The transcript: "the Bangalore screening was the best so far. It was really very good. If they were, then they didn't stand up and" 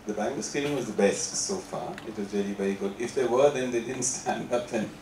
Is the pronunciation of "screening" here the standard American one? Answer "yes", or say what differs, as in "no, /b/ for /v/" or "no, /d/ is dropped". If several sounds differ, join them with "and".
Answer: no, /ɹ/ is dropped and /l/ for /n/